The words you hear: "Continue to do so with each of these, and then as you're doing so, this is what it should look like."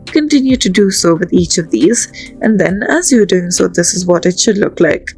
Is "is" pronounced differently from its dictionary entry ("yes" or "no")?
no